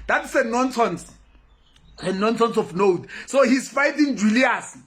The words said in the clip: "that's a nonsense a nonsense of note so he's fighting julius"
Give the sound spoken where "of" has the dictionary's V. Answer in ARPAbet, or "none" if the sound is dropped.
F